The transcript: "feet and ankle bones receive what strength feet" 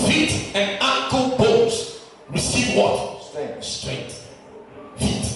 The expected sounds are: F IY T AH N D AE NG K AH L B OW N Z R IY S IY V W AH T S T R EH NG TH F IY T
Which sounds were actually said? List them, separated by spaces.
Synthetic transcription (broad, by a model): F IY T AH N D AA K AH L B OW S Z R IY S IY V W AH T S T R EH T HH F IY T